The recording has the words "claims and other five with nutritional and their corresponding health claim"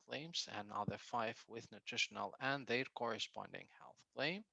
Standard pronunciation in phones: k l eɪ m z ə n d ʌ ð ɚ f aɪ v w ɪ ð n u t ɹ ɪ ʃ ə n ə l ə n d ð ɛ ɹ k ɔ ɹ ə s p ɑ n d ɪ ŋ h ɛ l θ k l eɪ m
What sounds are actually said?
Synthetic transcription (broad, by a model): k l eɪ m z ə n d ʌ ð ɚ f aɪ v w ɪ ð n u t ɹ ɪ ʃ ə n ə l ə n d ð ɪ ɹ k ɔ ɹ ə s p ɑ n d ɪ ŋ h ɛ l θ k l eɪ m